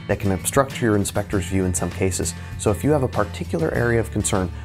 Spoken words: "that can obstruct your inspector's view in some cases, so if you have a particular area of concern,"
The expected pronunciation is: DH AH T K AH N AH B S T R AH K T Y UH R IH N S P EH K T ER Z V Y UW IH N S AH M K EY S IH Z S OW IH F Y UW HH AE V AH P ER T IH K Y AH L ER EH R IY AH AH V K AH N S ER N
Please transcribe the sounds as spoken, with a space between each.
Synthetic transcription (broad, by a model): DH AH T K AH N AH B S T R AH K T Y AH R IH N S P EH K T ER Z V Y UW IH N S AH M K EY S IH Z S OW IH F Y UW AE V AH P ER T IH K Y L ER EH R IY AH AH V K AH N S ER N